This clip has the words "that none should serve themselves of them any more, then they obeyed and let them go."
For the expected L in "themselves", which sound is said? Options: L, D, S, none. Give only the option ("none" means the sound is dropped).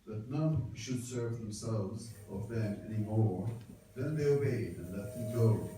L